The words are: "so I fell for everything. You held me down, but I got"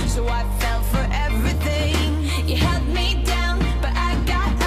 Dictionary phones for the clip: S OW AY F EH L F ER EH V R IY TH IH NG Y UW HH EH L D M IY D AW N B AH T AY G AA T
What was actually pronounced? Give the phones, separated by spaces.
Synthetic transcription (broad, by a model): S OW AY F EH L F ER EH V R IY TH IH NG Y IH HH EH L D M IY D AW N B AH T AY G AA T